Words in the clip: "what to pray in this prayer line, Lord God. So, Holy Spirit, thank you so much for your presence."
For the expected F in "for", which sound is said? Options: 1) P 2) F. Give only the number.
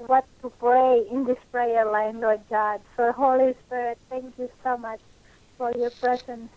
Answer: 2